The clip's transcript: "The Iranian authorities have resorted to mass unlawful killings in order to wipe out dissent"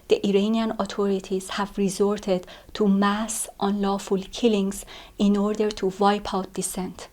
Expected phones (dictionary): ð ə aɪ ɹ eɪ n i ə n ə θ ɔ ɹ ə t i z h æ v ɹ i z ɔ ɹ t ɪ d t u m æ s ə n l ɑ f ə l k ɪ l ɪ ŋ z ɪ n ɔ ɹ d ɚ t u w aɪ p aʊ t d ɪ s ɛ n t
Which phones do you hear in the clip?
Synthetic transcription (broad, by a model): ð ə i ɹ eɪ n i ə n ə t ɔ ɹ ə t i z h æ v ɹ i z ɔ ɹ t ɪ d t u m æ s ə n l ɑ f ə l k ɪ l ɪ ŋ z ɪ n ɔ ɹ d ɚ t u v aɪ p aʊ t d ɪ s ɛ n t